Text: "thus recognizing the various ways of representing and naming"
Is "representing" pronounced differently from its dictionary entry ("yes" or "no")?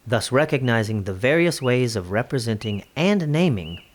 no